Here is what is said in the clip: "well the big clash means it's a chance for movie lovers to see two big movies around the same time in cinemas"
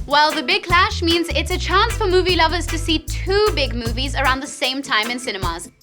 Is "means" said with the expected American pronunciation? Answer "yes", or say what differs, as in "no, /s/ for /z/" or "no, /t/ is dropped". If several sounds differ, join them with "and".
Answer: yes